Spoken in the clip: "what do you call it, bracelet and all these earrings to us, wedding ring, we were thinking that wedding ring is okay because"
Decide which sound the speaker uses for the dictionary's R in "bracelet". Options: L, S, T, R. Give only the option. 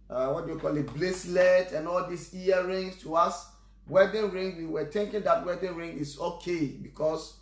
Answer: L